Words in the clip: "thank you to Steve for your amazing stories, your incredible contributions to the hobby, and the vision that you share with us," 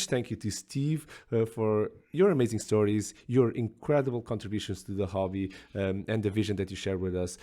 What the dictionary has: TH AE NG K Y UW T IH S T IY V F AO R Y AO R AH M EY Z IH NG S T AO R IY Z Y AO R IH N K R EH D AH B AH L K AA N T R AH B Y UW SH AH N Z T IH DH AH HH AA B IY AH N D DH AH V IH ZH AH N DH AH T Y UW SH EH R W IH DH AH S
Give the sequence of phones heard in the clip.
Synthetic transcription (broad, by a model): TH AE NG K Y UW T IH S T IY V F AO R Y AO R AH M EY Z IH NG S T AO R IY Z Y AO R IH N K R EH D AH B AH L K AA N T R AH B Y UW SH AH N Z T IH DH AH HH AA B IY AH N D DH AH V IH ZH AH N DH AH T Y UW SH EH R W IH DH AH S